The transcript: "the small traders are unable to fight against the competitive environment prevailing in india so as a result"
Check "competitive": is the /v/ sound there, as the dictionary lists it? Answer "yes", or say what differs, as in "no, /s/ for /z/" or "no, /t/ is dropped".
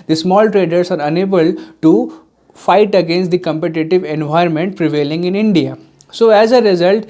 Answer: yes